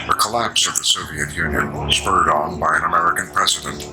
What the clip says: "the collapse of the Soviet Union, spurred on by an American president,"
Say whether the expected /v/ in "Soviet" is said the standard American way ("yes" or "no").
yes